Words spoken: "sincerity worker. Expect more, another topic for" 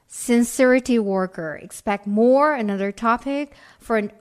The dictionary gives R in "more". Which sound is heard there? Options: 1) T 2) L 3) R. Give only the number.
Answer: 3